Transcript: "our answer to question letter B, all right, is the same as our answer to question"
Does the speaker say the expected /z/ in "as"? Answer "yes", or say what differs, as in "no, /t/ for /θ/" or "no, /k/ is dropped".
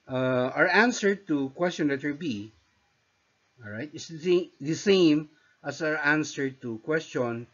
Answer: no, /s/ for /z/